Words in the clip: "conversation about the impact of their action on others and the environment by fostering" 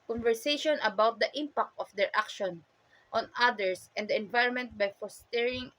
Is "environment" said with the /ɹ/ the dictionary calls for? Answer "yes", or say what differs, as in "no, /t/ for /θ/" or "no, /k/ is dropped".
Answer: yes